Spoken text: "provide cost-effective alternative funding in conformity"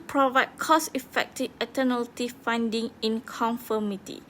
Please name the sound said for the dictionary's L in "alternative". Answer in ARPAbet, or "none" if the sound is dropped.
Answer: none